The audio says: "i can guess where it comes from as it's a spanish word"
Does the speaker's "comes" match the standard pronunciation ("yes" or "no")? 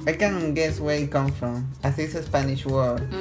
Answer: no